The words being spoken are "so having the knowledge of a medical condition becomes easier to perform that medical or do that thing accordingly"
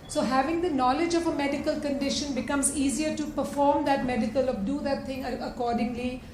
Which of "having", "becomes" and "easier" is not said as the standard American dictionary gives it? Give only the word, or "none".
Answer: none